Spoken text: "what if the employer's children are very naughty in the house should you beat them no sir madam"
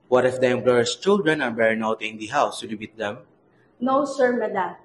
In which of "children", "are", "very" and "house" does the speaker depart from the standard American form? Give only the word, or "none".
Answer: very